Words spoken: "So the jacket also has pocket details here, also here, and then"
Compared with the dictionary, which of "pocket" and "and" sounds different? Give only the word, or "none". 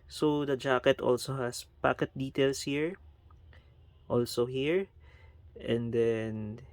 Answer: none